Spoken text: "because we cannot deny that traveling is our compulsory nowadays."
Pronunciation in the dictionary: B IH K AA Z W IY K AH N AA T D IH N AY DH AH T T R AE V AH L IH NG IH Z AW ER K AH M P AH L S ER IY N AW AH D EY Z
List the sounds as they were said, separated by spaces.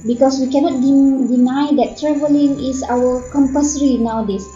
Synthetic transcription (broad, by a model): B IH K AA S W IY K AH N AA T D IH N AY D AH T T R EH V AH L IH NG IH S AW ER K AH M P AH S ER IY N AW D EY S